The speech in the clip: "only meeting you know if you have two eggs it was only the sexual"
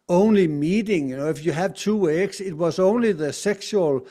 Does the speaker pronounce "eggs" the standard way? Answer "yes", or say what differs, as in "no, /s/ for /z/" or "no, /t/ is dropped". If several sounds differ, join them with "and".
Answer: no, /s/ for /z/